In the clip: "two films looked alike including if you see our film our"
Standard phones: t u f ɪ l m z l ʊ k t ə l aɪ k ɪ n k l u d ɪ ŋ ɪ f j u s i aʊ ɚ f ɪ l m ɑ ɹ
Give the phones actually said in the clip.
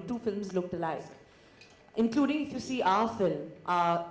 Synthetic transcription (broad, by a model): t u f ɪ l m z l ʊ k t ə l aɪ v ɪ n k l u d ɪ ŋ ɪ f j u s i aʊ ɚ f ɪ l m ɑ